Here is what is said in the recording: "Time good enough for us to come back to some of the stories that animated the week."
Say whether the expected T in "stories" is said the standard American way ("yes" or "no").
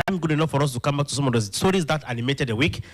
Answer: no